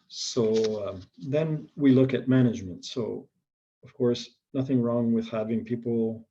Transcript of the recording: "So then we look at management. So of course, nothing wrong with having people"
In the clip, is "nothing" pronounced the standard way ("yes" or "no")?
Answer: yes